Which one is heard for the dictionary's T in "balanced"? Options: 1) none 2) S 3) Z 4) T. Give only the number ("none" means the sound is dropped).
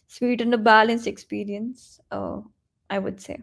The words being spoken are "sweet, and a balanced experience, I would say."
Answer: 1